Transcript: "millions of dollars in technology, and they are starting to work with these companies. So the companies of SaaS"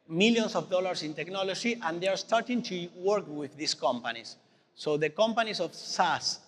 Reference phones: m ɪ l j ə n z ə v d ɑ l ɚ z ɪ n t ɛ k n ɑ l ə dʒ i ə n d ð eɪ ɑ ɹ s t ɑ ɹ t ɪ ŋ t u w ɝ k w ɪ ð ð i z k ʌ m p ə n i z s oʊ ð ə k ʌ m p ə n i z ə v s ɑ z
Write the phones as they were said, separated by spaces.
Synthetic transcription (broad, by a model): m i l j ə n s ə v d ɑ l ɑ s ɪ n t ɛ k n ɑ l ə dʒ i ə n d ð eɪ ɑ ɹ s t ɑ ɹ t ɪ ŋ t u w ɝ k w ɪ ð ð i s k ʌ m p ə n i s oʊ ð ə k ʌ m p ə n i s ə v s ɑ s